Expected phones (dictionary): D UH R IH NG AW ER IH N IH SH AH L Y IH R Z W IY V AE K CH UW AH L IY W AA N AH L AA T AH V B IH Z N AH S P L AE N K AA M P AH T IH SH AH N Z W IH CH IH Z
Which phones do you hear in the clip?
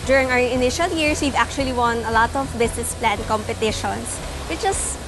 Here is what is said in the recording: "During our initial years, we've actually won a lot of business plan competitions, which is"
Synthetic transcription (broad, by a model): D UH R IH NG AW ER IH N IH SH AH L Y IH R S W IY V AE K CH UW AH L IY W AA N AH L AA T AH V B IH S N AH S P L AE N K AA M P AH T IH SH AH N S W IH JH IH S